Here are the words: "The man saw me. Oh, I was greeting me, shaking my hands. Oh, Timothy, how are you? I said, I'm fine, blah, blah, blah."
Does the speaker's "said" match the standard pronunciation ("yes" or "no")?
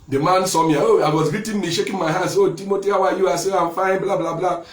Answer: no